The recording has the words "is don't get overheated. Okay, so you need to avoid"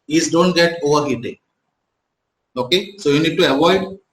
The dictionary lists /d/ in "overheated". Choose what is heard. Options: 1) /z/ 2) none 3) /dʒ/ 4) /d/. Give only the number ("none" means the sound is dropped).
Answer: 2